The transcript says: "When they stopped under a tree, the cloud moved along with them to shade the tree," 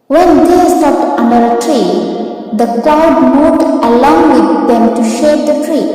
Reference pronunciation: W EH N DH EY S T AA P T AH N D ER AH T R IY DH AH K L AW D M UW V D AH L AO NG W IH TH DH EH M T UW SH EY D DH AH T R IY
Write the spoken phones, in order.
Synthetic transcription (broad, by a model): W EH N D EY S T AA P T AH N D ER AH T R IY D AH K AW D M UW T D AH L AO NG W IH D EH M T UW SH EY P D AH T R IY